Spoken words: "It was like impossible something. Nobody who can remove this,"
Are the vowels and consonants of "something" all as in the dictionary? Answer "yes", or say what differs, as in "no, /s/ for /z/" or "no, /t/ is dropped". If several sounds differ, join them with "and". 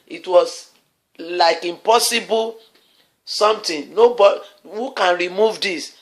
no, /t/ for /θ/